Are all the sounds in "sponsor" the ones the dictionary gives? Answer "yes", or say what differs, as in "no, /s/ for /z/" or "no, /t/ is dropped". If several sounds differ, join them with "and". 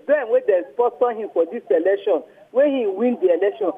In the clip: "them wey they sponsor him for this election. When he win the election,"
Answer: no, /n/ is dropped